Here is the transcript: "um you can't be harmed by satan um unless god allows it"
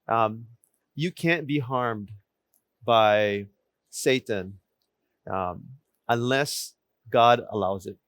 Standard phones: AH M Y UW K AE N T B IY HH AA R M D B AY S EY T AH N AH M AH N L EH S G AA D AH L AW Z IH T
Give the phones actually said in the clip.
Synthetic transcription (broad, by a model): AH M Y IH K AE N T B IY HH AA R M D B AY S EY T AH N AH M AH N L EH S G AA D AH L AW Z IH T